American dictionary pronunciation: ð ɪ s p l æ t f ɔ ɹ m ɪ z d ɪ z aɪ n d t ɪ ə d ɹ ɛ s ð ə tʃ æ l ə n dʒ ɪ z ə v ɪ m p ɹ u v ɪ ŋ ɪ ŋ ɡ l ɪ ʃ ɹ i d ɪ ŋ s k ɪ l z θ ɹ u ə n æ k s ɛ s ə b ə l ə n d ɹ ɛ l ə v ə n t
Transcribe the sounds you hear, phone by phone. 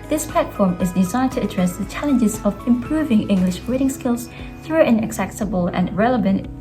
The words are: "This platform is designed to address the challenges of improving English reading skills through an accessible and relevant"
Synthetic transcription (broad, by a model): ð ɪ s p l æ t f ɔ ɹ m ɪ z d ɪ z aɪ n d t ɪ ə d ɹ ɛ s ð ə tʃ æ l ə n dʒ ɪ z ə v ɪ m p ɹ u v ɪ ŋ ɪ ŋ ɡ l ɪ ʃ w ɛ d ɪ ŋ s k ɪ l z θ ɹ u ə n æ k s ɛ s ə b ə l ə n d ɹ ɛ l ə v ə n t